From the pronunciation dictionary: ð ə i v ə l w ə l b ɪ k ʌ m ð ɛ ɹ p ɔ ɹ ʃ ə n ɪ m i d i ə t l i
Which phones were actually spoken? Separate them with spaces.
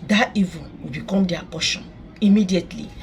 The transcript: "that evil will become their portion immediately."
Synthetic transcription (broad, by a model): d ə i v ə n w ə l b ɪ k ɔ m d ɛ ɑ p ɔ ʃ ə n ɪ m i d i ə t l i